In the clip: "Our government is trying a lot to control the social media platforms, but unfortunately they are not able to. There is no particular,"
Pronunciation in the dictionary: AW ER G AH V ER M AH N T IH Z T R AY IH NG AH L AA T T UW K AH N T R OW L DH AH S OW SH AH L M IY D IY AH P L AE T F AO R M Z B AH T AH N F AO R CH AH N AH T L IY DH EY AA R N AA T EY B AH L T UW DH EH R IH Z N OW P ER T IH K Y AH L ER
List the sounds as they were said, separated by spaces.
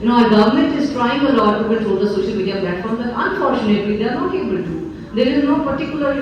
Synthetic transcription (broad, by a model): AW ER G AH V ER M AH N T IH Z T R AY IH NG AH L AA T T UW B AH T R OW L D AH S OW SH AH L M IY D IY AH P L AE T F AO R M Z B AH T AH N F AO R CH AH N AH T L IY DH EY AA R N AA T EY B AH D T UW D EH R IH Z N OW P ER T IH K Y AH L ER